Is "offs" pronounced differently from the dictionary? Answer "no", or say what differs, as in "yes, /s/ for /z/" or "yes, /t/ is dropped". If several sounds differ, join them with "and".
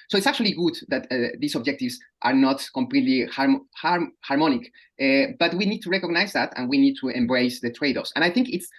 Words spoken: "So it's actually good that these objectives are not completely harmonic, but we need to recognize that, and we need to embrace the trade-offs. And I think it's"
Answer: yes, /f/ is dropped